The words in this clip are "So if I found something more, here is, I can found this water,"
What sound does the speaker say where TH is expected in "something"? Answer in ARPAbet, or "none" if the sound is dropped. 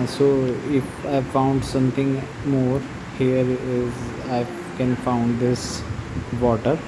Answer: T